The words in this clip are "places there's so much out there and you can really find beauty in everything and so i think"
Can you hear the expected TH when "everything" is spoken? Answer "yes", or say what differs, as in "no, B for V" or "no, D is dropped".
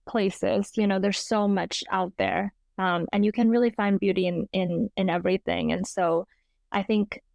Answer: yes